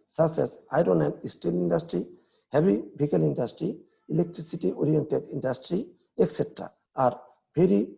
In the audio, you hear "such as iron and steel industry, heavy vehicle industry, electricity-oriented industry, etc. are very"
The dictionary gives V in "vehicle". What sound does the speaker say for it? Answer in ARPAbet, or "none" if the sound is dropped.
B